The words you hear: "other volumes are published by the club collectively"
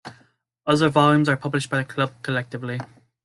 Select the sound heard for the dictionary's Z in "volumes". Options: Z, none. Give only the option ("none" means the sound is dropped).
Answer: Z